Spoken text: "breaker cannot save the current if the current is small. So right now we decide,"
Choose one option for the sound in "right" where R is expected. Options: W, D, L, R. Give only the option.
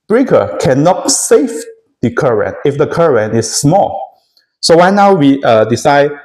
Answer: W